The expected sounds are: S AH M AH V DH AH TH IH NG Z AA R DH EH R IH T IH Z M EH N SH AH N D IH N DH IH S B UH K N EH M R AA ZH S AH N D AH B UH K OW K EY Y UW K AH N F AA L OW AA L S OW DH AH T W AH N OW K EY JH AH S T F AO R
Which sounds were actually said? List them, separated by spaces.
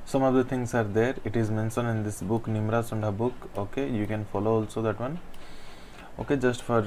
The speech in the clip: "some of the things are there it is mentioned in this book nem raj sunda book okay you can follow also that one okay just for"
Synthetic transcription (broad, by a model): S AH M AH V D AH T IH NG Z AA R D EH R IH T IH Z M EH N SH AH N IH N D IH S B UH K N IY M R AA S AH N D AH B UH K OW K EY Y UW K AH N F AA L OW AA L S OW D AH T W AH N OW K EY JH AH S T F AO R